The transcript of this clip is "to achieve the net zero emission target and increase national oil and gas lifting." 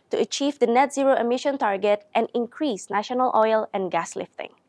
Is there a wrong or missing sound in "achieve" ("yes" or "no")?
no